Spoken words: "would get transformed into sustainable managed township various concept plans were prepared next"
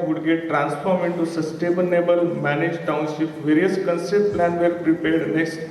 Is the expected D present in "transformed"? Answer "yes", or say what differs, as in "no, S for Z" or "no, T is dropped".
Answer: no, D is dropped